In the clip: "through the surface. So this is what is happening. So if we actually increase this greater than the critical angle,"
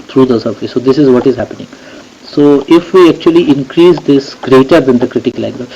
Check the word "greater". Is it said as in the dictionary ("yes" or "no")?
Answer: yes